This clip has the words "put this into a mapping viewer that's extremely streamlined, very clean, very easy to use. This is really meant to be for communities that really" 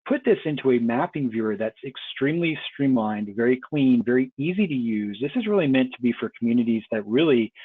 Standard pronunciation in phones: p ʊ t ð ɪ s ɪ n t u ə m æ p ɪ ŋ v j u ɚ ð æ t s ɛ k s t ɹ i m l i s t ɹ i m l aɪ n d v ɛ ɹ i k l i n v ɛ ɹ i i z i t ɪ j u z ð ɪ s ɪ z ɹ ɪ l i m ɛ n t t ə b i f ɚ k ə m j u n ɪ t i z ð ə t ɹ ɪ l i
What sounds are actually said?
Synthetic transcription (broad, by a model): p ʊ t ð ɪ s ɪ n t u ə m æ p ɪ ŋ v j u ɚ ð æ t s ɛ k s t ɹ i m l i s t ɹ i m l aɪ n d v ɛ ɹ i k l i n v ɛ ɹ i i z i t ɪ j u z ð ɪ s ɪ z ɹ ɪ l i m ɛ n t t ə b i f ɚ k m j u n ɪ t i z ð ə t ɹ ɪ l i